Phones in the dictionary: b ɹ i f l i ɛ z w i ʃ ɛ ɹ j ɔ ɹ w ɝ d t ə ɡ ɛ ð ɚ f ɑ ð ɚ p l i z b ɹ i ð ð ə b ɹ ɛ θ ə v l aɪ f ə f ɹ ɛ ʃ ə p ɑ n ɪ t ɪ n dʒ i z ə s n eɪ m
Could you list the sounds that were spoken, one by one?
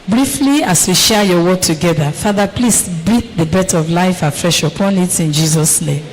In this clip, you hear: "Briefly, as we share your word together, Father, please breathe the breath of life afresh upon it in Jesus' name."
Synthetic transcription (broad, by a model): b ɹ i f l i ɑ s w i ʃ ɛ j ɔ w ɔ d t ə ɡ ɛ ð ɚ f ɑ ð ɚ p l i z b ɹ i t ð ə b ɛ t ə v l aɪ f ə f ɹ ɛ ʃ ə p ɑ n ɪ t ɪ n dʒ i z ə s n eɪ m